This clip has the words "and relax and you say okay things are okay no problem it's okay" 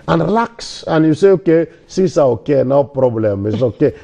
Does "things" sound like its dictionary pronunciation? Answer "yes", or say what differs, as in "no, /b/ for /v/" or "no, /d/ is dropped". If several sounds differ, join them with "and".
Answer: no, /s/ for /θ/